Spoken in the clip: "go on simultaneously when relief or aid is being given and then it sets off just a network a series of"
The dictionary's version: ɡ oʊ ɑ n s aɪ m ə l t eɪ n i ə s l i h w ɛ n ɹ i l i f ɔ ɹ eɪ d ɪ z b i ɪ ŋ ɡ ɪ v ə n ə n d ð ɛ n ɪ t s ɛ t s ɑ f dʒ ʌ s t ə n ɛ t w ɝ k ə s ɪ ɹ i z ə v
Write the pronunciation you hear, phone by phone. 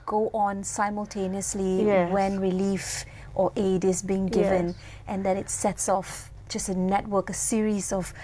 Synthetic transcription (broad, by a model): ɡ oʊ ɑ n s aɪ m ə l t eɪ n i ə s l i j w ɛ n ɹ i l i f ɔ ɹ eɪ d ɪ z b i ɪ ŋ ɡ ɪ v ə n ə n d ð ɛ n ɪ t s ɛ t s ɑ f dʒ ʌ s t ə n ɛ t w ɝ k ə s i ɹ i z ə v